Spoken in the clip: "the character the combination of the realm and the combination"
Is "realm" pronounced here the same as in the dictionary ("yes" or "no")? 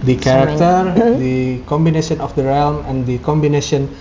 yes